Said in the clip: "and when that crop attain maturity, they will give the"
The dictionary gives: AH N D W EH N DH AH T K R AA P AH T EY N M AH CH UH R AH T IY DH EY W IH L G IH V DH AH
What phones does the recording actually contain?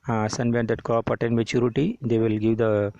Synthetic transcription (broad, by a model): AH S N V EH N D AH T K AA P AH T EY N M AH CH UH R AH T IY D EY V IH L G IH V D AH